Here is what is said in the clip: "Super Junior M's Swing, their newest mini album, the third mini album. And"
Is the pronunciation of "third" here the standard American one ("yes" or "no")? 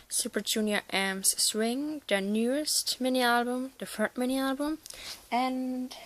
no